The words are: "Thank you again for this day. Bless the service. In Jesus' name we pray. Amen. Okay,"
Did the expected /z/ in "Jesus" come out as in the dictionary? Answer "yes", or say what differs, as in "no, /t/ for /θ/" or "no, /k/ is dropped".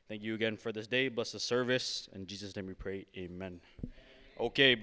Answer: yes